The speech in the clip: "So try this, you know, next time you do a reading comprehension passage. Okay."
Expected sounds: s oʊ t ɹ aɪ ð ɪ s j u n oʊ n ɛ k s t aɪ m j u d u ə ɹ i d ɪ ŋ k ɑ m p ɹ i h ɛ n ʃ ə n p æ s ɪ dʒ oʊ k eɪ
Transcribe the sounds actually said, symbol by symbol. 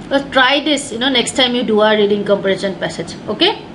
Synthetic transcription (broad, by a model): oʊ t ɹ aɪ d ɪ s j u n oʊ n ɛ k s t aɪ m j u d u ə ɹ i d ɪ ŋ k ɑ m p i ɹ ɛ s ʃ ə n p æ s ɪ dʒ oʊ k eɪ